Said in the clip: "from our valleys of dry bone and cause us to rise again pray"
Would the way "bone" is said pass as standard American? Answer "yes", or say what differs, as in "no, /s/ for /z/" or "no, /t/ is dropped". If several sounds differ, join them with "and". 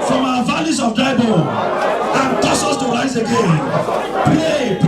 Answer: no, /n/ is dropped